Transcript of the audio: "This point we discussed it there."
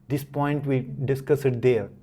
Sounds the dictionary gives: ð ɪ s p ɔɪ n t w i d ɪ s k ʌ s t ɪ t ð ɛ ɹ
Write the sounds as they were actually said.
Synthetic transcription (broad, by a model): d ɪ s p ɔɪ n t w i d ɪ s k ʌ s ɪ t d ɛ ɹ